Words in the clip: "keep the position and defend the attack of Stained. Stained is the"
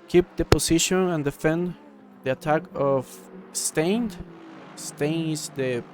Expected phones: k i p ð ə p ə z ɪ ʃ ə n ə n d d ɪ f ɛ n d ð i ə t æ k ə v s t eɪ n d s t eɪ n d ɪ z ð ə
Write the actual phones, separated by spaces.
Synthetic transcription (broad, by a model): k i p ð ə p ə s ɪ ʃ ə n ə n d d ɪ f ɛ n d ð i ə t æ k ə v s t eɪ n d s t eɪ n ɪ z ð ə